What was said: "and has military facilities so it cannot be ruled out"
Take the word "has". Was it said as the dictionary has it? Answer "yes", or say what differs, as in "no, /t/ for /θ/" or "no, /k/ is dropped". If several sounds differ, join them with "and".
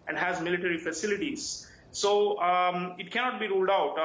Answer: yes